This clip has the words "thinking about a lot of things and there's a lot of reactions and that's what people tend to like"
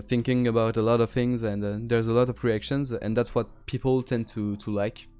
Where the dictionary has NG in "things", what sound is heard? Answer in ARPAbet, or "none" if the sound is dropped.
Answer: NG